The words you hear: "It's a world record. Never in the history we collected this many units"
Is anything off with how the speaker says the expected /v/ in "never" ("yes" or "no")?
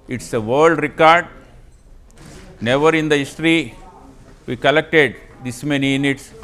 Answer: no